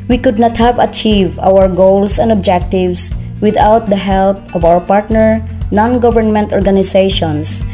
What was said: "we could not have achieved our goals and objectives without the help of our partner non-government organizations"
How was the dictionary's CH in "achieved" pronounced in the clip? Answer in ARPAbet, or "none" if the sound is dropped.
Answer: CH